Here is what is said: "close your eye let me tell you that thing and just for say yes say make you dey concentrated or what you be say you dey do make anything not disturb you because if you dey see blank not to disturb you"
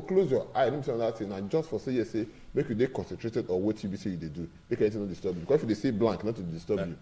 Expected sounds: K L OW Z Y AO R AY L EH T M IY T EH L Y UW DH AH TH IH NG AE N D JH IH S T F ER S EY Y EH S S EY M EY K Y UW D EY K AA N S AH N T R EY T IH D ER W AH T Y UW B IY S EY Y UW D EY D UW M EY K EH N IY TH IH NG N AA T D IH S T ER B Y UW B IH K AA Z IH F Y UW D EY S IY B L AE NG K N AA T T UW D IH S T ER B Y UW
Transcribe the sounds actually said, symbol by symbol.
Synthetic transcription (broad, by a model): K L OW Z Y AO AY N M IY S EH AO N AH T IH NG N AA JH IH S T F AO S EY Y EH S S EY M EY K Y UW D EY K AA N S AH N T R EY T IH D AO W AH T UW B IY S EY Y UW D EY D UW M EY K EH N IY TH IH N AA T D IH S T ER B Y UW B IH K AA S IH F Y UW D EY S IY B L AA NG K N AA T T UW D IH S T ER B Y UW